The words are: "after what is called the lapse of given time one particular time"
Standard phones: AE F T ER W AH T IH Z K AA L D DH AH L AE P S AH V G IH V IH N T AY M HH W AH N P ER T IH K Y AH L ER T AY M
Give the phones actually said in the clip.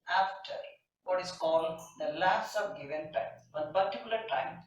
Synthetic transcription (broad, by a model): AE F T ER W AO T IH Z K AA L D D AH L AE S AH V G IH V IH N T AY M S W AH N P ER T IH K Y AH L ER T AY M